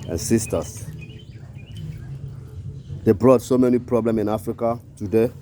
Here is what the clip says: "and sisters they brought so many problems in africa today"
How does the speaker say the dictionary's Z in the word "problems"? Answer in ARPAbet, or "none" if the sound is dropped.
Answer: none